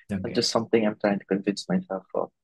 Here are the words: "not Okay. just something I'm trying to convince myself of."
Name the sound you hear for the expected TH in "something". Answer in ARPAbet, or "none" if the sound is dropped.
TH